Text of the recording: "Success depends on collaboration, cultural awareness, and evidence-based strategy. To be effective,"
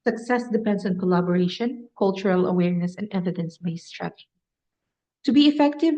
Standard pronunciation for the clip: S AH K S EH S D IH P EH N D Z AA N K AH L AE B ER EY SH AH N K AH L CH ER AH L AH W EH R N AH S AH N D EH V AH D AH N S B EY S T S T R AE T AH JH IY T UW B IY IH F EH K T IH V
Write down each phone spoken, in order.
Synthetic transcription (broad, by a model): S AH K S EH S D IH P EH N D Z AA N K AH L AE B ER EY SH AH N K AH L CH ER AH L AH W EH R N AH S AH N D EH V AH D AH N S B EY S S T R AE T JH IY T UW B IY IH F EH K T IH V